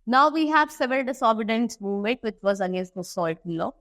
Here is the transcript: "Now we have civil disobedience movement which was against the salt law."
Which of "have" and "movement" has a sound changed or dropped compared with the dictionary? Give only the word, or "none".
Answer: movement